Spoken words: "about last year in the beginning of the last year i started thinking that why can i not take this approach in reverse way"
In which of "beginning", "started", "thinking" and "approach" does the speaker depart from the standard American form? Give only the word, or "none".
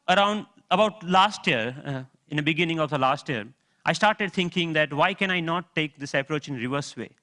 thinking